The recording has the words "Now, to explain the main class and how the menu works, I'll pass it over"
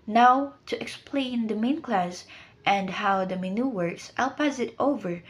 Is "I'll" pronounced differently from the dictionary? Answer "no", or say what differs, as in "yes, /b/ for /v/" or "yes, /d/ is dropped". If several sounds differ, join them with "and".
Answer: no